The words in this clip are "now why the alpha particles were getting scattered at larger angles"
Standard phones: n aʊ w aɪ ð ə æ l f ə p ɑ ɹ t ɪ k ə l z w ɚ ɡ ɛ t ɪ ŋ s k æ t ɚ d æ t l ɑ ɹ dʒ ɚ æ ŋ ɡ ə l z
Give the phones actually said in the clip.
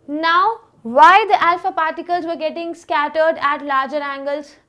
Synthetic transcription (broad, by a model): n aʊ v aɪ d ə æ l f ə p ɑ ɹ t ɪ k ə l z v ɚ ɡ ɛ t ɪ ŋ s k æ t ɚ d æ t l ɑ ɹ dʒ ɚ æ ŋ ɡ ə l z